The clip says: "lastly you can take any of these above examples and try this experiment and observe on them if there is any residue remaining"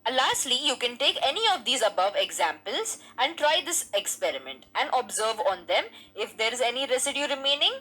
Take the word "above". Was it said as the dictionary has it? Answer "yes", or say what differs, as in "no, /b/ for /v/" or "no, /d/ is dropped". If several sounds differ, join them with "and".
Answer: yes